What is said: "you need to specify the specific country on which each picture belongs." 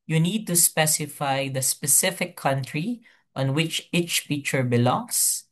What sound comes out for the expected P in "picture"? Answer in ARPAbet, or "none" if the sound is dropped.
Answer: F